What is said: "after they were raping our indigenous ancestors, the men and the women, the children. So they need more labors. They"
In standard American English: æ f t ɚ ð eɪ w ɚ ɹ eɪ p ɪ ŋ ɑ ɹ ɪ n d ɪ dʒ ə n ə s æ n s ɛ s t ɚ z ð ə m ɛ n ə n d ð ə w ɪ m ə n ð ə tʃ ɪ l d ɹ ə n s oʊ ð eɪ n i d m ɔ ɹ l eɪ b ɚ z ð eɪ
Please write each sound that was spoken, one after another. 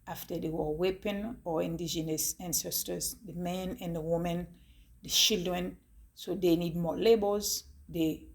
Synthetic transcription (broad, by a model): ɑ f t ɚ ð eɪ w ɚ w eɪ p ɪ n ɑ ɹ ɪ n d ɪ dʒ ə n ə s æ n s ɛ s t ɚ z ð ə m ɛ n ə n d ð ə w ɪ m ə n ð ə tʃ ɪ l d ɹ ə n s oʊ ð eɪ n i d m ɔ l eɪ b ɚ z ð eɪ